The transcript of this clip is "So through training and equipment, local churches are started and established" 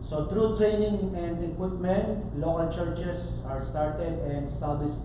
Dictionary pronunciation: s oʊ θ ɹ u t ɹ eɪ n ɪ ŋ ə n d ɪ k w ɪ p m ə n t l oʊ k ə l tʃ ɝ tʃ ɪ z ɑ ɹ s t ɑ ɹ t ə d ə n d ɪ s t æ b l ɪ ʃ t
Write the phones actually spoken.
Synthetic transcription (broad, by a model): s oʊ t ɹ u t ɹ eɪ n ɪ ŋ ə n d ɪ k w ɪ p m ə n t l oʊ k ə l tʃ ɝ tʃ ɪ s ɑ ɹ s t ɑ ɹ t ə d ə n d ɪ s t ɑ b l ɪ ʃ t